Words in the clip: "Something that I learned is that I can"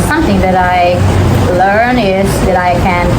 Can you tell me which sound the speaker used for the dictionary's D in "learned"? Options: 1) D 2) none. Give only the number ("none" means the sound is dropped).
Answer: 2